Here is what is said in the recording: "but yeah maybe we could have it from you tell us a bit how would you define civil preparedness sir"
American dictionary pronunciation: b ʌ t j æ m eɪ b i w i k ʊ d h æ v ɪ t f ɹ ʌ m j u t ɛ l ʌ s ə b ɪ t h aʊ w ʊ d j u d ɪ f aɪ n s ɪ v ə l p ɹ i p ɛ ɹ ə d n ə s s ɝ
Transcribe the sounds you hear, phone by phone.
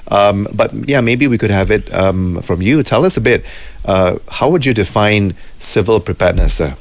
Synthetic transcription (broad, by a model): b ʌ t j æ m eɪ b i w i k ʊ d h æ v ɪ t f ɹ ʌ m j u t ɛ l ʌ s ə b ɪ t h aʊ w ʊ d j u d ɪ f aɪ n s ɪ v ə l p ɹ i p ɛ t n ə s s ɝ